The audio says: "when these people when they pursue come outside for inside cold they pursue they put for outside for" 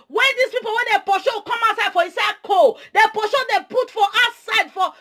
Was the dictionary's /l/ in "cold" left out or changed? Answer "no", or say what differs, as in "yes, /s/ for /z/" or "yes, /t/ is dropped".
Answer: yes, /l/ is dropped